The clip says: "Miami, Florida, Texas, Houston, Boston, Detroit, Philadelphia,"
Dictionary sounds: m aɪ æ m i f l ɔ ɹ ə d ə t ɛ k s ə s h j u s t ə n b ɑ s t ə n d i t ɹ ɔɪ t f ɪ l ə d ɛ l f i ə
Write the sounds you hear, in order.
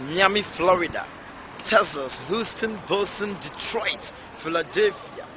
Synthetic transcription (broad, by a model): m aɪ m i f l ɔ ɹ ə d ə t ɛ s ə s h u s t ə n b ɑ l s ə n d i t ɹ ɔɪ t f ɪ l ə d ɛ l f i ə